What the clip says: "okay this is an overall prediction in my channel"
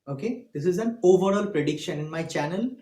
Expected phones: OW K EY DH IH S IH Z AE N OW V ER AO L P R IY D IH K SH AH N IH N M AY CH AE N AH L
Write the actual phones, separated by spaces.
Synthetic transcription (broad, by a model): OW K EY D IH S IH Z AE N OW V ER AO L P R IY D IH K SH AH N IH N M AY CH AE N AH L